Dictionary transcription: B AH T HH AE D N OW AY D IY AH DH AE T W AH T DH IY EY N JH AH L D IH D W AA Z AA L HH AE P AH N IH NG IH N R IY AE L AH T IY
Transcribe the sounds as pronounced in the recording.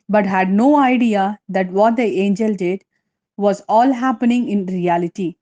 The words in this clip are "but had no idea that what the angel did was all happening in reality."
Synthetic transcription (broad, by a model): B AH T HH AE D N OW AY D IY AH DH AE T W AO T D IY EY N JH AH L D IH D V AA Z AA L HH AE P AH N IH NG IH N R IY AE L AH T IY